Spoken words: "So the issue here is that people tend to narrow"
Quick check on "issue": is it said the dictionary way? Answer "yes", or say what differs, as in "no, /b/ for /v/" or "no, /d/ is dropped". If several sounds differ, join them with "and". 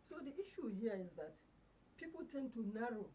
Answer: yes